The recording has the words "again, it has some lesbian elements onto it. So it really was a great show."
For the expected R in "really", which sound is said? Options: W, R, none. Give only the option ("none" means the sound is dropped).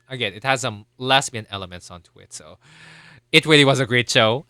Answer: W